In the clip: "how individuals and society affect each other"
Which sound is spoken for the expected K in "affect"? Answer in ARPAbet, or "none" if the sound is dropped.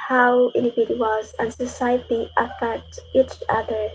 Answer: none